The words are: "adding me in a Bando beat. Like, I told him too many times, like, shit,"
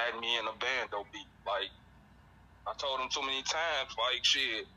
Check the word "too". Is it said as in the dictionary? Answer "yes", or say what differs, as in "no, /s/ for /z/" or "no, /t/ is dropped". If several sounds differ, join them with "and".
no, /s/ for /t/